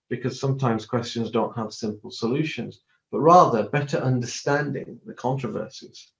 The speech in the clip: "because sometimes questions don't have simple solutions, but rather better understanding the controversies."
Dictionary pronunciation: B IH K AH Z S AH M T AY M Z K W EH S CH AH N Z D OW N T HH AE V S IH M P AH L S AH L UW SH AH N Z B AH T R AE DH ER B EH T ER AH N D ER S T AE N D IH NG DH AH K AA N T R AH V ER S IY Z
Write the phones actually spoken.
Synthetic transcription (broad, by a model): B IH K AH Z S AH M T AY M Z K W EH S CH AH N Z D OW N T HH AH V S IH M P AH L S AH L UW SH AH N Z B AH T R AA DH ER B EH T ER AH N D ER S T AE N D IH NG DH AH K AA N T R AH V ER S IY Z